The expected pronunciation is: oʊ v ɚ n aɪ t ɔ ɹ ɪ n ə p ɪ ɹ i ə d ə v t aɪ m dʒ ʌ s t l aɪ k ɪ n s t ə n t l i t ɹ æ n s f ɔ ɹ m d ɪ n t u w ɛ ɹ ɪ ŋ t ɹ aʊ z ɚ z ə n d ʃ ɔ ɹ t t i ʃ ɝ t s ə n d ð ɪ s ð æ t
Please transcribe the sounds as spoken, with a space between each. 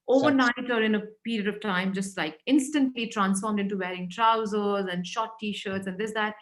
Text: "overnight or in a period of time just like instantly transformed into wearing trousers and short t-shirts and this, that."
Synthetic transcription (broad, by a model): oʊ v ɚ n aɪ t ɔ ɹ ɪ n ə p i ɹ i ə d ə v t aɪ m dʒ ʌ s t l aɪ k ɪ n s t ə n t l i t ɹ æ n s f ɔ ɹ m d ɪ n t u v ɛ ɹ ɪ ŋ t ɹ aʊ z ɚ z ə n d ʃ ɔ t t i ʃ ɝ t s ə n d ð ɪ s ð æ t